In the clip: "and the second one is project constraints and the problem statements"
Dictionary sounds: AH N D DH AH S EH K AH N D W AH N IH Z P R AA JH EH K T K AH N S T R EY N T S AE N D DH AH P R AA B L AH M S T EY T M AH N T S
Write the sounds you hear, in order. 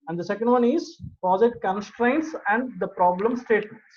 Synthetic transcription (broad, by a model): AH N D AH S EH K AH N D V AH N IH Z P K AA Z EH T K AH N S T R EY N T S AE N D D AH P R AA B L AH M S T EY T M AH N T